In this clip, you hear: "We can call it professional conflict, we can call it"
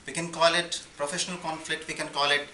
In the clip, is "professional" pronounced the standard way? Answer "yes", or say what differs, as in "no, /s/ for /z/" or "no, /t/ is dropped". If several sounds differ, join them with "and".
yes